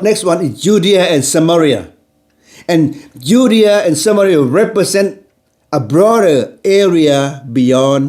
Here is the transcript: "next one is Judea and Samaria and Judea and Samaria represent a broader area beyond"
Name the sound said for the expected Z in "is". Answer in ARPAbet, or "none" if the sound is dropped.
S